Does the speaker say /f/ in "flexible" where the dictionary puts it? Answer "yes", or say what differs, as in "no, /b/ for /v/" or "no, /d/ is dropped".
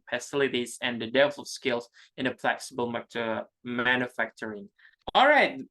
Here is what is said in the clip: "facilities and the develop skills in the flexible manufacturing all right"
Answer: no, /p/ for /f/